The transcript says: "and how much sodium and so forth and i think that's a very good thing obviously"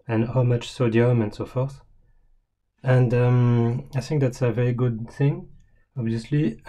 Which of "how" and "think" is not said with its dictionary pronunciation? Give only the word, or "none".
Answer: none